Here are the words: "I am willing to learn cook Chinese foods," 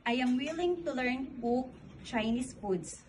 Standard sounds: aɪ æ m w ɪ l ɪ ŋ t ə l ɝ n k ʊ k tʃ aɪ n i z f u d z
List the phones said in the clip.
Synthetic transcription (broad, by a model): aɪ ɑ m w ɪ l ɪ ŋ t ə l ɝ n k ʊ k tʃ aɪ n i s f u d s